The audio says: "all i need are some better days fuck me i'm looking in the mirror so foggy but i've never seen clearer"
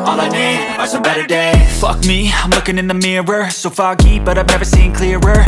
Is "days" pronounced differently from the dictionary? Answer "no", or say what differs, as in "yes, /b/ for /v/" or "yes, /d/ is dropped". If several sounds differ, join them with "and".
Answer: yes, /z/ is dropped